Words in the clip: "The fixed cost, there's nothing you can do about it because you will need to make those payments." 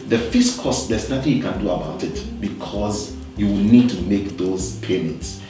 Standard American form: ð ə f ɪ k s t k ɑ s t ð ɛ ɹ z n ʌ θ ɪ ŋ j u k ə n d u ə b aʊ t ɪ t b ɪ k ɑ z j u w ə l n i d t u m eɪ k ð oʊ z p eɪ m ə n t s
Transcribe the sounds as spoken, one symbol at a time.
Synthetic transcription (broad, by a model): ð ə f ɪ s k ɑ s t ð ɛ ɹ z n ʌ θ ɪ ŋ j u k ə n d u ə b aʊ t ɪ t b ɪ k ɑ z j u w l n i d t u m eɪ k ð oʊ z p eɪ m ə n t s